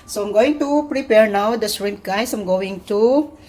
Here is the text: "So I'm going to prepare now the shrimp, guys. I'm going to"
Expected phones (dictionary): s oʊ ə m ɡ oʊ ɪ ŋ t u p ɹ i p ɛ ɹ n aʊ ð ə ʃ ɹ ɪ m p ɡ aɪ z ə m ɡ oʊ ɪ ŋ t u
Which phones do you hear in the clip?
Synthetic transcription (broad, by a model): s oʊ ə m ɡ oʊ ɪ ŋ t u p ɹ i p ɛ ɹ n aʊ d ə s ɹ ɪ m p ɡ aɪ s ə m ɡ oʊ ɪ ŋ t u